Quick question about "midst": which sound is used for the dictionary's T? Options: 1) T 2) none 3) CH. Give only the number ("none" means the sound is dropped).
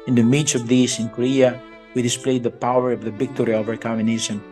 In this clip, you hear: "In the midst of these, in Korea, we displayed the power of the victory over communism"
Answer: 2